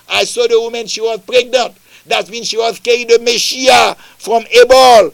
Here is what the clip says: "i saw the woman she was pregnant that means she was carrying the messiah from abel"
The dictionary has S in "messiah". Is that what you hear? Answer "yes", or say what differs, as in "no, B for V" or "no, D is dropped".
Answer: no, SH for S